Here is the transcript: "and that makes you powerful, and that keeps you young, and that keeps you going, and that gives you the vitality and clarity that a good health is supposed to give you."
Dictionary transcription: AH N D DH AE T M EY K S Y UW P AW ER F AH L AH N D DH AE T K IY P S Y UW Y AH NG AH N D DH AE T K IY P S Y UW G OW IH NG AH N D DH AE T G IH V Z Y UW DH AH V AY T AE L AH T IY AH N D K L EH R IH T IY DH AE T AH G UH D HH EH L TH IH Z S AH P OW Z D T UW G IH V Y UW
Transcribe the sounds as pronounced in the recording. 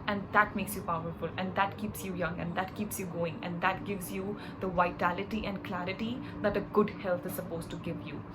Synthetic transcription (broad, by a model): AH N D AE T M EY K S Y UW P AW ER F AH L AH N D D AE T K IY P S Y UW Y AH NG AH N D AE T K IY P S Y UW G OW IH NG AH N D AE T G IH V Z Y UW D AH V AY T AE L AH T IY AH N D K L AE R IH T IY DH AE T AH G UH D HH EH L T IH Z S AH P OW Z T UW G IH V Y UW